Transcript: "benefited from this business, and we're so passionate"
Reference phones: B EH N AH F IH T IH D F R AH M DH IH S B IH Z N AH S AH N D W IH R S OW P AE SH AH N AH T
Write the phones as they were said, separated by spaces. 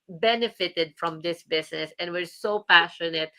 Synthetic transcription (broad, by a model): B EH N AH F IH T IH D F R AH M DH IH S B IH S N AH S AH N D W IH R S OW P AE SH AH N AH T